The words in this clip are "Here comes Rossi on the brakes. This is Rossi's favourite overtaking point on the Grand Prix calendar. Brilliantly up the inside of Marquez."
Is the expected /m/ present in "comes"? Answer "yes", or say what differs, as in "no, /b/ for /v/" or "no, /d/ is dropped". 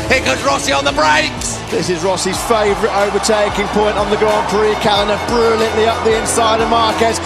no, /m/ is dropped